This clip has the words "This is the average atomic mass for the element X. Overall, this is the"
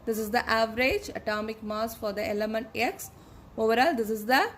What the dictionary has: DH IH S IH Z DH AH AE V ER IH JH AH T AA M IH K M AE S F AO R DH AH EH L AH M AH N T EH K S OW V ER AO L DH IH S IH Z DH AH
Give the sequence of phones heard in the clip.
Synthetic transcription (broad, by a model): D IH S IH Z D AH AE V ER IH JH AH T AA M IH K M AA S F AO R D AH EH L AH M AH N T EH K S OW V ER AO L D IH S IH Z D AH